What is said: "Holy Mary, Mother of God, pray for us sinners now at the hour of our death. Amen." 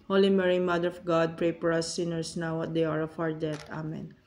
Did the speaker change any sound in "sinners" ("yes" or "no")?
yes